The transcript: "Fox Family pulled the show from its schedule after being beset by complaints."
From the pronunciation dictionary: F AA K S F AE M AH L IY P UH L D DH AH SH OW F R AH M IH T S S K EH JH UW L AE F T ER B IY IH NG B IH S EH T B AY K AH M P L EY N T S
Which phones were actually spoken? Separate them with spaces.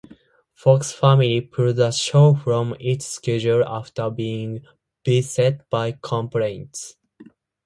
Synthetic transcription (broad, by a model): F AA K S F AE M AH L IY P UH D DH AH SH OW F R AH M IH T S S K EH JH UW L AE F T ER B IY IH NG B IH S EH T B AY K AH M P L EY N T S